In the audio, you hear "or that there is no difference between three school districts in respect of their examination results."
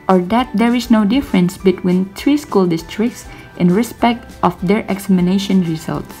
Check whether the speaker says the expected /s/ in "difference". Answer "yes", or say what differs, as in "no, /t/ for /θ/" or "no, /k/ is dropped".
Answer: yes